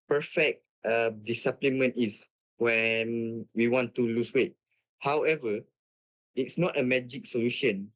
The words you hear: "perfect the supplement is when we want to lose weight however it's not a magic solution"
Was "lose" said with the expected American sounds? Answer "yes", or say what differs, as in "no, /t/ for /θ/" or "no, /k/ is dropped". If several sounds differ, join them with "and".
no, /s/ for /z/